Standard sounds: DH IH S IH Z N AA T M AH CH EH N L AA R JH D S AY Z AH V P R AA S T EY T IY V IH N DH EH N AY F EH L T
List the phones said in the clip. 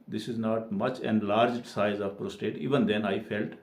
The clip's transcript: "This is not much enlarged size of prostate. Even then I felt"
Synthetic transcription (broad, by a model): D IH S IH Z N AA T M AH CH EH N L AA R JH D S AY Z AH V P R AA S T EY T IY V IH N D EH N AY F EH L T